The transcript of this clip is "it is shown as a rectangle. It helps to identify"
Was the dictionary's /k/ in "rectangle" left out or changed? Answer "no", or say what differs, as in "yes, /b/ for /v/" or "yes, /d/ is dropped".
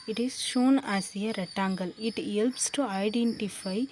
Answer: yes, /k/ is dropped